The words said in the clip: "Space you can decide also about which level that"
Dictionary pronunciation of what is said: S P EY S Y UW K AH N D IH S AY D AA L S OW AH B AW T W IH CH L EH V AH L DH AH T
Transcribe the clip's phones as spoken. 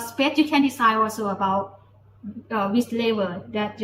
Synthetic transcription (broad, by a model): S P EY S Y UW K AH N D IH S AY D AA L S OW AH B AW T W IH S L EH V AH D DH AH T